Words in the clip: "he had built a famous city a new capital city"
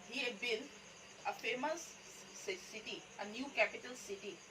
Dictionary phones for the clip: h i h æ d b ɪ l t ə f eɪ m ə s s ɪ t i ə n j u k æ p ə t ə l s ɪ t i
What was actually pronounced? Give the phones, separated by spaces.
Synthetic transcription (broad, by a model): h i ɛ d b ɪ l ə f eɪ m ə s s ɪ t i ə n j u k æ p ə t ə l s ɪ t i